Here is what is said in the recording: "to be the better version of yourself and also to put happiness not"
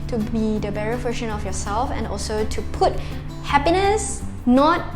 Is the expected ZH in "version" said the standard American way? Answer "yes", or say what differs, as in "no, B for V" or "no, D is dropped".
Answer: no, SH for ZH